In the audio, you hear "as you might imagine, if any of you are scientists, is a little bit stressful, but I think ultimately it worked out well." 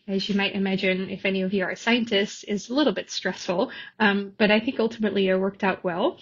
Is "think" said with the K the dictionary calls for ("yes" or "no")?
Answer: yes